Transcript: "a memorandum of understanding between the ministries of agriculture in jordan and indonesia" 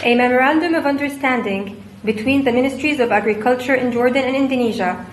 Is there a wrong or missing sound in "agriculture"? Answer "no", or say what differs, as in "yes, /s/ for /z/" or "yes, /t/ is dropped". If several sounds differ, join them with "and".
no